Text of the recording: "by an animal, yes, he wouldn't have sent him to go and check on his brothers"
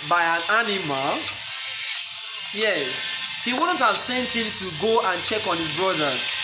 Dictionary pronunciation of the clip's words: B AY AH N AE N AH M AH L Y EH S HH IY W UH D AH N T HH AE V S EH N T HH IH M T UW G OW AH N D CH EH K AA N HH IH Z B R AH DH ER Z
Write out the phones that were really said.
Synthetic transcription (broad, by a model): B AY AH N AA N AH M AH L Y EH S HH IY W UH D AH N T HH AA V S EH N T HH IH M T UW G OW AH N CH EH K AA N HH IH Z B R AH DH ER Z